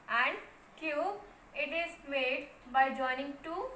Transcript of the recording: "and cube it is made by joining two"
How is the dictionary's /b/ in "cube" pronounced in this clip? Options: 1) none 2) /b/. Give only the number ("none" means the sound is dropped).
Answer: 1